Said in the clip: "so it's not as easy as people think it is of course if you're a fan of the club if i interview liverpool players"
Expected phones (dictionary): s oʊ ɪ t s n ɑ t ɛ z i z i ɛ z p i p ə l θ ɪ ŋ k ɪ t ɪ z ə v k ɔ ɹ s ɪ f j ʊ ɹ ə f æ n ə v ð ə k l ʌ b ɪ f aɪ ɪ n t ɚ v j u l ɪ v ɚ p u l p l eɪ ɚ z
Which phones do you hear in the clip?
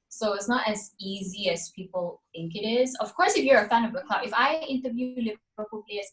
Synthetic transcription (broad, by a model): s oʊ ɪ t s n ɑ t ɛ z i z i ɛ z p i p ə l θ ɪ ŋ k ɪ t ɪ z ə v k ɔ ɹ s ɪ f j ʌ ɹ ə f æ n ə v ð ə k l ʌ ɪ f aɪ ɪ n t ɚ v j u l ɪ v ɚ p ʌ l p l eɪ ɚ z